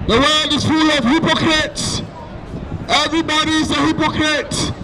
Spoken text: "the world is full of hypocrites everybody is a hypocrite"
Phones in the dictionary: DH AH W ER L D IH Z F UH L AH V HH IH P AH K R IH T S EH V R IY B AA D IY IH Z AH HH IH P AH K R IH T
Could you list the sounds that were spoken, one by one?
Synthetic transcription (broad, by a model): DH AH W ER L D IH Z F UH L AH V HH IH P AH K R IH T S EH V R IY B AA D IY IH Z AH HH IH P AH K R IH T